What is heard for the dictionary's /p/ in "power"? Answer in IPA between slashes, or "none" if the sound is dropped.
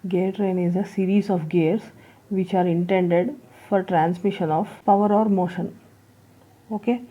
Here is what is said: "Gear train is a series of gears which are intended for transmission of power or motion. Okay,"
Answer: /p/